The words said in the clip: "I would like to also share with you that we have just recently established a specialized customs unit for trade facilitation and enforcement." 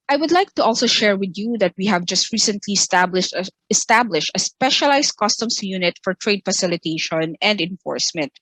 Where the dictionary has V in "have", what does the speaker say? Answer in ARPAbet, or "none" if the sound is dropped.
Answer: V